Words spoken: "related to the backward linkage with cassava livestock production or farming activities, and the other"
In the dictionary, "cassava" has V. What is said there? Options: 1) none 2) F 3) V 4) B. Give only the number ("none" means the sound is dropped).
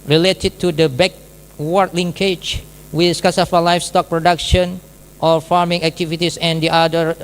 2